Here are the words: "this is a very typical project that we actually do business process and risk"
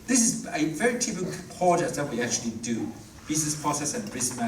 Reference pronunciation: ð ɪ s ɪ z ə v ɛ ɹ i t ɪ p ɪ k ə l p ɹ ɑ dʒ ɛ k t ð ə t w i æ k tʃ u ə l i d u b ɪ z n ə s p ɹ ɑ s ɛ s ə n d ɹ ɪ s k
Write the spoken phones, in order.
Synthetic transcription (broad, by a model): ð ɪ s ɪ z ə v ɛ ɹ i t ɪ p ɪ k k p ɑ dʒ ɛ t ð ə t w i æ k tʃ u ə l i d u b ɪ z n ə s p ɹ ɑ s ɛ s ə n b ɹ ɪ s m